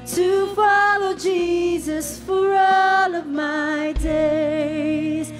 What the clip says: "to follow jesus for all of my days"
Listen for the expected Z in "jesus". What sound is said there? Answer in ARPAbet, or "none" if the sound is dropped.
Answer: Z